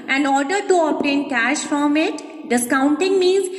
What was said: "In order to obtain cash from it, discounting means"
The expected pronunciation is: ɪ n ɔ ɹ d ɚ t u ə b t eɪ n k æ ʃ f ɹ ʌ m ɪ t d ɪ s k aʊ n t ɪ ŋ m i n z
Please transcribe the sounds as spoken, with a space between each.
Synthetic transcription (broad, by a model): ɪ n ɔ ɹ d ɚ t u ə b t eɪ n k æ ʃ f ɹ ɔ m ɪ t d ɪ s k aʊ n t ɪ ŋ m i n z